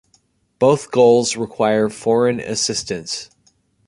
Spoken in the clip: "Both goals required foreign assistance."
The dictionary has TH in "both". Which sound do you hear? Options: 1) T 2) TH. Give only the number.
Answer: 2